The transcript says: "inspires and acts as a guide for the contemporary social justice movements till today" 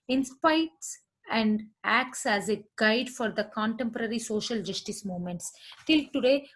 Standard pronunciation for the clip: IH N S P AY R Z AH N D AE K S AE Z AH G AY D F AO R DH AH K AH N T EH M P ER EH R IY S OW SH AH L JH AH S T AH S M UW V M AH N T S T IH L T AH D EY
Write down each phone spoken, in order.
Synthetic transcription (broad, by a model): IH N S P AY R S AH N D AE K S AE Z AH G AY D F AO R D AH K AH N T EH M P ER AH R IY S OW SH AH L JH AH S T AH S M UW M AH N T S T IH L T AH D EY